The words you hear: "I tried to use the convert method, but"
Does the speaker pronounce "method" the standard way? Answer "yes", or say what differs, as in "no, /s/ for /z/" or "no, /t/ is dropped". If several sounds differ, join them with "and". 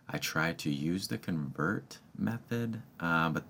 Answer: yes